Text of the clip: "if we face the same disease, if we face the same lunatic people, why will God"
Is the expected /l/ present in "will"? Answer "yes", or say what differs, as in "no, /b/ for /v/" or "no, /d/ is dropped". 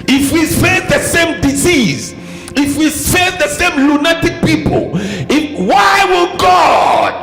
no, /n/ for /l/